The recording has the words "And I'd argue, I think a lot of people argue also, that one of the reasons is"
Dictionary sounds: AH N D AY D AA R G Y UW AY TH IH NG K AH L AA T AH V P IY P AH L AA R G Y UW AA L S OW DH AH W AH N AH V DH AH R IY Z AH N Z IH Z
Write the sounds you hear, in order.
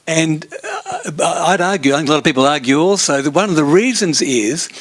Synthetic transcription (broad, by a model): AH N AY D AA R G Y UW AY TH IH K AH L AA T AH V P IY P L AA R G Y UW AA L S OW DH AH W AH N AH V DH AH R IY Z AH N Z IH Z